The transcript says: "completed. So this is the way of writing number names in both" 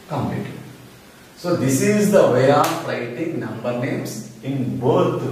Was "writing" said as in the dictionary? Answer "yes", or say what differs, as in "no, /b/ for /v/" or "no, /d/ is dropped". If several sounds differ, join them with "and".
no, /l/ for /ɹ/